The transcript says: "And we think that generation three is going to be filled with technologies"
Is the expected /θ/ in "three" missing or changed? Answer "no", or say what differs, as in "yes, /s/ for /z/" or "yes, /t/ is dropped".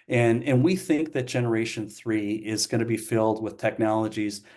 no